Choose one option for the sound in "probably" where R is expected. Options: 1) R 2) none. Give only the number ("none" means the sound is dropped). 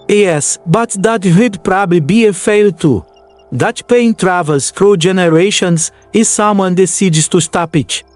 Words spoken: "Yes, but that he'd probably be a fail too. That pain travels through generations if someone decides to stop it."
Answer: 1